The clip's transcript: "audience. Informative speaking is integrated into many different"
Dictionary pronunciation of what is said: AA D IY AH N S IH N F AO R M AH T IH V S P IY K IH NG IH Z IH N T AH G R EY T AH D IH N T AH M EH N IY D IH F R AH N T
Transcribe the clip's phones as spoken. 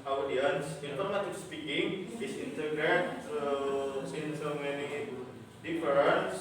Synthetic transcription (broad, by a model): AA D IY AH N S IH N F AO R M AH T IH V S P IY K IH NG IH S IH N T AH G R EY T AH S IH N S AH M EH N IY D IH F R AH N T